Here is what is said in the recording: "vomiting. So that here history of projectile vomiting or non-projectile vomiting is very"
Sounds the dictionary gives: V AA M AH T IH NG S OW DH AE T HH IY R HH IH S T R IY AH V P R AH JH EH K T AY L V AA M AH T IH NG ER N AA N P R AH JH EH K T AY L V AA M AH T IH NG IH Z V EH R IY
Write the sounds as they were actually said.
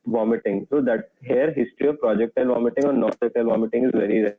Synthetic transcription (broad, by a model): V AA M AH T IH NG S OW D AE T HH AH R HH IH S T R IY AH V P R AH JH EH K T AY L V AA M AH T IH NG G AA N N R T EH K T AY L V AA M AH T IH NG IH Z V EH R IY